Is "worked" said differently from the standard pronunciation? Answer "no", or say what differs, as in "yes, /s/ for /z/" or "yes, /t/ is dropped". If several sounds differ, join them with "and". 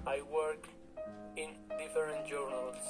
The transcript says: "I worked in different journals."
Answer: yes, /t/ is dropped